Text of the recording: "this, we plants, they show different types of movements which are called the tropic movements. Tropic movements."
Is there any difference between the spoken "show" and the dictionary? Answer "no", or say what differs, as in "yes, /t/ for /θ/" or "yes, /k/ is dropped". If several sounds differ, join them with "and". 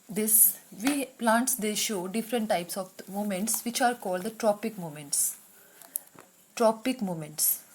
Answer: no